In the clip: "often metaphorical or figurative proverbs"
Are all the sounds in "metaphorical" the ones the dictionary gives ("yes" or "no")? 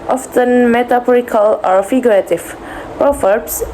no